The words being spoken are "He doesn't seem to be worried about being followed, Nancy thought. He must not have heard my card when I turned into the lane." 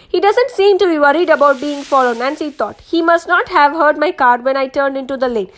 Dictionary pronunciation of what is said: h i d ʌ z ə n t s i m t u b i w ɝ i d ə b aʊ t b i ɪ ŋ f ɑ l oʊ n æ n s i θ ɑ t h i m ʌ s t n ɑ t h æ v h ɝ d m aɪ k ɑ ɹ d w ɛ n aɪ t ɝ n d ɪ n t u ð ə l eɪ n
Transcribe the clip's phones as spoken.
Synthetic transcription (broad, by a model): h i d ʌ z ə n t s i m t u b i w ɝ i d ə b aʊ t b i ɪ ŋ f ɑ l oʊ n æ n s i t ɑ t h i m ʌ s t n ɑ t h æ v h ɝ d m aɪ k ɑ ɹ d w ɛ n aɪ t ɝ n d ɪ n t u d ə l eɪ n